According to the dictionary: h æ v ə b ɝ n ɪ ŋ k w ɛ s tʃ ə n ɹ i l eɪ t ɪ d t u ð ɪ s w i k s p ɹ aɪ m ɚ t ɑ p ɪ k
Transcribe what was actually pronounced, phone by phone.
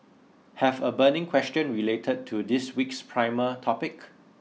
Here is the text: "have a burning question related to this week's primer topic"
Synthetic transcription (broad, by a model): h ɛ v ə b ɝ n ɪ ŋ k w ɛ s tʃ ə n ɹ i l eɪ t ɪ d t u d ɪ s w i k s p ɹ aɪ m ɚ t ɑ p ɪ k